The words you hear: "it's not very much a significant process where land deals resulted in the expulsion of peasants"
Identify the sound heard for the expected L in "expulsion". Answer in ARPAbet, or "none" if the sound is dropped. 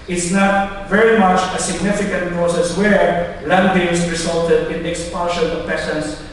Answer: N